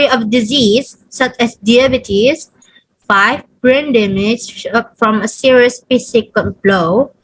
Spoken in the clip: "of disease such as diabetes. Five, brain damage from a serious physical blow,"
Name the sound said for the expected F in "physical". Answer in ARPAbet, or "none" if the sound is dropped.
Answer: P